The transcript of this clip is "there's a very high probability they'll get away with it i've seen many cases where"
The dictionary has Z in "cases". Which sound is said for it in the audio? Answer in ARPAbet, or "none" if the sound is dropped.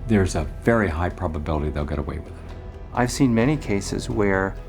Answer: Z